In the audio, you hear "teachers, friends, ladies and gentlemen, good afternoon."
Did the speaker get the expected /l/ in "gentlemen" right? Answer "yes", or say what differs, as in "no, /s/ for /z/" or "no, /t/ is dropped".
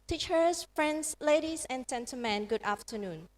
no, /l/ is dropped